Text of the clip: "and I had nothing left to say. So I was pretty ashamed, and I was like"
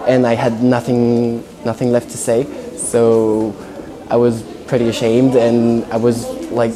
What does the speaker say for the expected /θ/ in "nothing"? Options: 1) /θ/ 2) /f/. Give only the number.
1